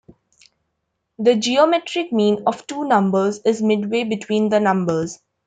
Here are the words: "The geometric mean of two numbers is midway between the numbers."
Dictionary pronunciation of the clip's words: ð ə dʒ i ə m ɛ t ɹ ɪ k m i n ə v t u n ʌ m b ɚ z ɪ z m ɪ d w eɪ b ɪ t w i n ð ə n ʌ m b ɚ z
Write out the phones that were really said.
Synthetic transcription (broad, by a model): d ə dʒ i ə m ɛ t ɹ ɪ k m i n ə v t u n ʌ m b ɚ z ɪ z m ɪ d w eɪ b ɪ t w i n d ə n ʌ m b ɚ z